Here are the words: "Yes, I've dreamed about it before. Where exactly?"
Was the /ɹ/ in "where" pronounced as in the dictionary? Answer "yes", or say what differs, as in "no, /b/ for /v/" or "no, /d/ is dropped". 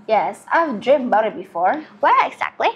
no, /l/ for /ɹ/